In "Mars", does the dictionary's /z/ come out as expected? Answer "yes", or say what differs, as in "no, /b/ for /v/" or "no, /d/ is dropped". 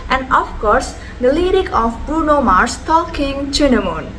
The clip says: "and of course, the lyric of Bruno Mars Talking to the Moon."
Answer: no, /s/ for /z/